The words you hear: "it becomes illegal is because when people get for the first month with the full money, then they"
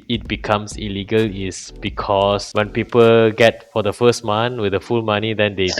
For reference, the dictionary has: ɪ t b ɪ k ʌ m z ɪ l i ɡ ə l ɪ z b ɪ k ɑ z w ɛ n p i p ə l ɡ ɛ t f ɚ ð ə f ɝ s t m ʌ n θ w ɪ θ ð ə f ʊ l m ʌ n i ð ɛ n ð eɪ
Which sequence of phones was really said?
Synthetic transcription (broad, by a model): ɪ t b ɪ k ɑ m s ɪ l i ɡ ə l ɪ s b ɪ k ɑ s w ɛ n p i p ə l ɡ ɛ t f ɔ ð ə f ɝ s t m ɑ n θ w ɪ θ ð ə f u l m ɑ n i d ɛ n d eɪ